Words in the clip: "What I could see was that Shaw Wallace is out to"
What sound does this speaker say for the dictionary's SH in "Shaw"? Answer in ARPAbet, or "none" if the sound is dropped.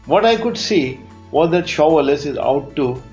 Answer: SH